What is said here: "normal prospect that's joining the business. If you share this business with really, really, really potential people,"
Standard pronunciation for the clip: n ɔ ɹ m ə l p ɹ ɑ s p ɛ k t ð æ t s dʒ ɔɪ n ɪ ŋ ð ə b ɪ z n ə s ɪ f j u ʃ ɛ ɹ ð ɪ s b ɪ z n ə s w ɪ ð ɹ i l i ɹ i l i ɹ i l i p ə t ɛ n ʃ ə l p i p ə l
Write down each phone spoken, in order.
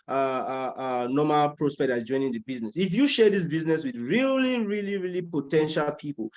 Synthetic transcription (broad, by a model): n ɔ m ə l p ɹ ɑ s p ɛ k t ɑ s dʒ ɔɪ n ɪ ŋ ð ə b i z n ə s ɪ f j u ʃ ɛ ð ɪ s b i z n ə s w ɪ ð ɹ i l i ɹ i l i ɹ i l i p ə t ɛ n ʃ ə l p i p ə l